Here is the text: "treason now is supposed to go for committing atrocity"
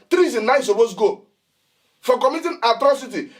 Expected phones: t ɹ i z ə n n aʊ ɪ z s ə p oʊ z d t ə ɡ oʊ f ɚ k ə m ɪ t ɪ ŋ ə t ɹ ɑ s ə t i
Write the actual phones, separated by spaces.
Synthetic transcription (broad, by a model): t ɹ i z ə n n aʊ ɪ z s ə b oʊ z ɡ oʊ f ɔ k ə m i t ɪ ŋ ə t ɹ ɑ s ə t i